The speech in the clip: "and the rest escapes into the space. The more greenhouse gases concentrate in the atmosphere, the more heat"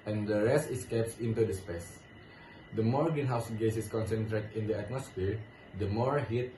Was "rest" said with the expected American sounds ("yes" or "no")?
yes